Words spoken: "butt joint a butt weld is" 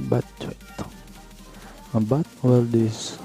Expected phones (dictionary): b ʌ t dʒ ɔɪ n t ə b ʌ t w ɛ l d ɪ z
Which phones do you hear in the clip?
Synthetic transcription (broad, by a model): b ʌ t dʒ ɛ t ə b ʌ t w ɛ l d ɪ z